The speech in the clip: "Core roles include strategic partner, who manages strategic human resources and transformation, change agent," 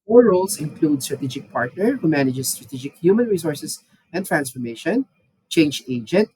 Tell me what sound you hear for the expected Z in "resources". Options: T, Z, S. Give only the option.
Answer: S